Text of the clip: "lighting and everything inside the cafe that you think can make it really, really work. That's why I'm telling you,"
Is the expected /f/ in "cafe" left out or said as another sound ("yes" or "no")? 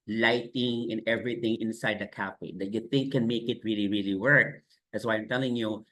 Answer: yes